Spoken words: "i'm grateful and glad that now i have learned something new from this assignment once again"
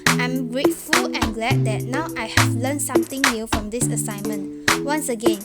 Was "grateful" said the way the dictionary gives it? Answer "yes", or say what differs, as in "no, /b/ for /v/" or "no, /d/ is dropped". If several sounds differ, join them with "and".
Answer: yes